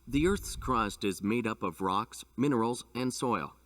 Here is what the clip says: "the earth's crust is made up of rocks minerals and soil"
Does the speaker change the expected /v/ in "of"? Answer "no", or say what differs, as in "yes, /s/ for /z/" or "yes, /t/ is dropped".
no